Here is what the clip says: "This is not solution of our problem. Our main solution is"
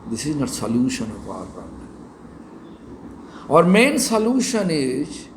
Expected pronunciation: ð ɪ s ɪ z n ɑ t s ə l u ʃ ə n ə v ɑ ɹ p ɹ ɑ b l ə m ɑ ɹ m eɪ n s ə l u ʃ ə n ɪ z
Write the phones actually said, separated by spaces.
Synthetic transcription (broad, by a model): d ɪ s ɪ z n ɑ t s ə l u ʃ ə n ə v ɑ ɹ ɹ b ə ɑ ɹ m eɪ n s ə l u ʃ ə n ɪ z